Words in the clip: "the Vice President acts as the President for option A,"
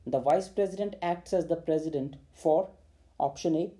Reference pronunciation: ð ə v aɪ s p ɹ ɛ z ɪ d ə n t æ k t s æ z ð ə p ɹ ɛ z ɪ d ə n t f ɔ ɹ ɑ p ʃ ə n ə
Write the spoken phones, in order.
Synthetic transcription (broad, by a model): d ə v aɪ s p ɹ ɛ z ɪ d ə n t æ k t s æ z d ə p ɹ ɛ z ɪ d ə n t f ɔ ɹ ɑ p ʃ ə n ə